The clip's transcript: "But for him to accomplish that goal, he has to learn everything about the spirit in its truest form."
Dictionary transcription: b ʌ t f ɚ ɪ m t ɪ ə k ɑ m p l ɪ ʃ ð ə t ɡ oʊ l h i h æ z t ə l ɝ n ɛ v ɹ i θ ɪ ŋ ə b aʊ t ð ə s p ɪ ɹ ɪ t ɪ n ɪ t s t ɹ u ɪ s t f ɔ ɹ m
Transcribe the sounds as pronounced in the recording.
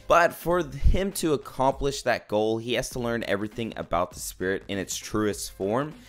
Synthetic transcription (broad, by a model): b ʌ t f ɚ ɪ m t ɪ ə k ɑ m p l ɪ ʃ ð ə t ɡ oʊ l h i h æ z t ə l ɝ n ɛ v ɹ i θ ɪ ŋ ə b aʊ t ð ə s p ɪ ɹ ɪ t ɪ n ɪ t s t ɹ u ɪ s t f ɔ ɹ m